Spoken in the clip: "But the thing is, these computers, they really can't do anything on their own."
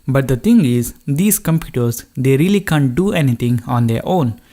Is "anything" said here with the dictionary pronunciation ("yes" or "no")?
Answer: no